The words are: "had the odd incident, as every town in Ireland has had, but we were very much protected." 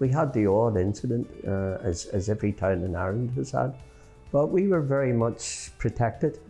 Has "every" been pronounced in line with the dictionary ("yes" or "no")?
yes